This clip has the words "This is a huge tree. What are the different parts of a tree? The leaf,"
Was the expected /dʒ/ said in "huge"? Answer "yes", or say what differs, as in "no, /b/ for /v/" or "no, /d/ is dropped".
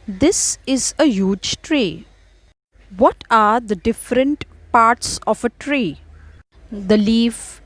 yes